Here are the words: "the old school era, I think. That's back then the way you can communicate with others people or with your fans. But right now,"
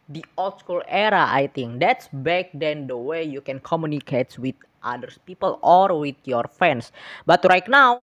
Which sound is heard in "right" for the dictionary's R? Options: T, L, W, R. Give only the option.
R